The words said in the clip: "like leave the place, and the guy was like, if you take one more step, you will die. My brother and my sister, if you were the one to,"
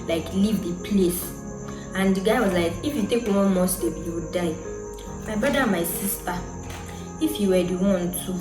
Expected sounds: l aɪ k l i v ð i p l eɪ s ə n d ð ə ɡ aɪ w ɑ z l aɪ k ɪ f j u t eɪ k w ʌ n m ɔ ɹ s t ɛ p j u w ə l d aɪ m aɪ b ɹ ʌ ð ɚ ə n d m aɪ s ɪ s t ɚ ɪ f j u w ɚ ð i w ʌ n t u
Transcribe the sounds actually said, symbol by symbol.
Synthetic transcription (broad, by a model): l aɪ k l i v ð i p l eɪ s ə n d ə ɡ aɪ w ɑ z l aɪ k ɪ f j u t eɪ k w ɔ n m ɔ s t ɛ b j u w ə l d aɪ m aɪ b ɹ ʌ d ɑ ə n m aɪ s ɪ s t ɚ ɪ f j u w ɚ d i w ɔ n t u